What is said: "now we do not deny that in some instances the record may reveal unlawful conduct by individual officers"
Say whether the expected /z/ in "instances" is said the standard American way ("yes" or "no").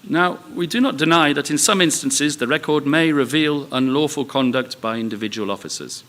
yes